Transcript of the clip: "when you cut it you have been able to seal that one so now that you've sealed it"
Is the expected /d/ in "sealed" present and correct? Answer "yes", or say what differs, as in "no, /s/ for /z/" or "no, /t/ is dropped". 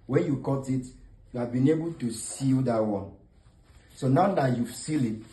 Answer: no, /d/ is dropped